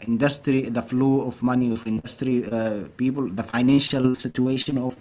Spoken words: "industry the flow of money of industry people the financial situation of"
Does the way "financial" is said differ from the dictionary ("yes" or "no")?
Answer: no